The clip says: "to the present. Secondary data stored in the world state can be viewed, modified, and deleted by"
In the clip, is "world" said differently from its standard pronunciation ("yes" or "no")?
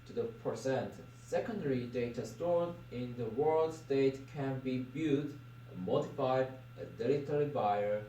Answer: no